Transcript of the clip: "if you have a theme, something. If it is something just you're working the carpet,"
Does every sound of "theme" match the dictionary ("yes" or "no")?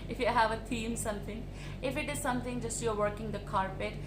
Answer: no